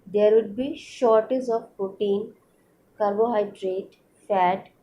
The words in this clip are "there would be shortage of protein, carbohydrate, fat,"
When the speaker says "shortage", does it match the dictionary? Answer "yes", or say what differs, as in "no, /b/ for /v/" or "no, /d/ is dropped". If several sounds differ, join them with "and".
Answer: no, /z/ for /dʒ/